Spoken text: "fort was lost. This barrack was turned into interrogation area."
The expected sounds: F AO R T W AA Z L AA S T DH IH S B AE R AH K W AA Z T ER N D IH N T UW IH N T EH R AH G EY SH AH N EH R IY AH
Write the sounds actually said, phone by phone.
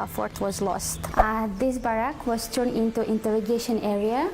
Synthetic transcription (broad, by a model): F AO R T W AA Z L AA S T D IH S B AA R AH K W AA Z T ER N IH N T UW IH N T EH R AH G EY SH AH N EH R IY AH